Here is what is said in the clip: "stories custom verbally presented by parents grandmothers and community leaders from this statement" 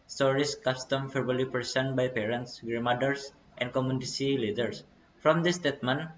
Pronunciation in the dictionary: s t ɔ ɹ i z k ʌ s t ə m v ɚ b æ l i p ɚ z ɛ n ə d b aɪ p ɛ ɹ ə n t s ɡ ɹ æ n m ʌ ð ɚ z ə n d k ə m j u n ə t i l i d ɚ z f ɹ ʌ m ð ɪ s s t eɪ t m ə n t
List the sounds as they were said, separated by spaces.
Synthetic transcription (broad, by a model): s t ɔ ɹ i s k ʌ s t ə m f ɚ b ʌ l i p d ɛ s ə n b aɪ p ɛ ɹ ə n t s ɡ ɹ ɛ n m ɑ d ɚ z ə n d k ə m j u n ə s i l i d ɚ s f ɹ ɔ m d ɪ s s t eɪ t m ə n